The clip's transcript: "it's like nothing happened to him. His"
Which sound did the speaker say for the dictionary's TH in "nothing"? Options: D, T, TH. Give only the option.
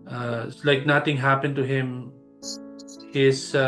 T